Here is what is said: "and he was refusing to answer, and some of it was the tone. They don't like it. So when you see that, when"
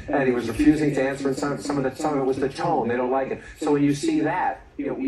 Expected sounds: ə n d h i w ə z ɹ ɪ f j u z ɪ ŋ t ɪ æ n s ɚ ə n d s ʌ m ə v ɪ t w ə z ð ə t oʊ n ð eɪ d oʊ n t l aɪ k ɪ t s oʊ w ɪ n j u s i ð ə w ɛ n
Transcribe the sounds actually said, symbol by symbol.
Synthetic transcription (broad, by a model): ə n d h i w ə z ɹ ɪ f j u z ɪ ŋ t ɪ æ n s ɚ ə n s s ʌ m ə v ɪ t w ə z ð ə t oʊ n ð eɪ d oʊ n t l aɪ k ɪ t s oʊ w ɪ n j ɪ s i ð ə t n